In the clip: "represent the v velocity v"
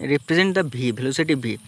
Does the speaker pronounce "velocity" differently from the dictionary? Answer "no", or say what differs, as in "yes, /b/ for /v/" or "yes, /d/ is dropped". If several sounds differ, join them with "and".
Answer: yes, /b/ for /v/